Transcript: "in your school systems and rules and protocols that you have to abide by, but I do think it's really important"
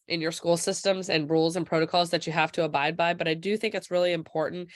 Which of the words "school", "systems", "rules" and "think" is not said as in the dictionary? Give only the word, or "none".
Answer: none